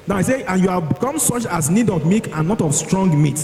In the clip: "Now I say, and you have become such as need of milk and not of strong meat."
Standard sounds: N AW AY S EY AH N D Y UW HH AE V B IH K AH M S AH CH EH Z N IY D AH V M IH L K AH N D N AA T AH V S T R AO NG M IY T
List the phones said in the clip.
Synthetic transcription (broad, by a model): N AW AY S EY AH N Y UW HH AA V B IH K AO M S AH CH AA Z N IY D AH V M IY K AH N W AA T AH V S T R AO NG M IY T